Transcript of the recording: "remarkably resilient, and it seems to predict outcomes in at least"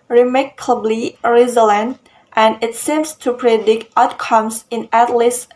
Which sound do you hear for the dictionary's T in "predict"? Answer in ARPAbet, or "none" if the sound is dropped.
T